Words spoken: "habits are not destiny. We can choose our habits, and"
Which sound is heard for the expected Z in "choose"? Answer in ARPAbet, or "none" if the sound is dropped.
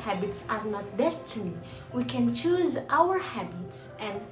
Z